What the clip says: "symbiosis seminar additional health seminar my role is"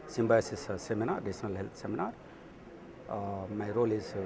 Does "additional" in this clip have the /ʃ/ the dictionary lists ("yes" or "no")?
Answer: no